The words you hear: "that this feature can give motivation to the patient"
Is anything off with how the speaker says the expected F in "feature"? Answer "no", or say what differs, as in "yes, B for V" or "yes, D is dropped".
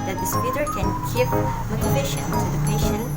yes, P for F